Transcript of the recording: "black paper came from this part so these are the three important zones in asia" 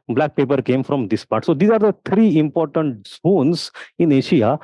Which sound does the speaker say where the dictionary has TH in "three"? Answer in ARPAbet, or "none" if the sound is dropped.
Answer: T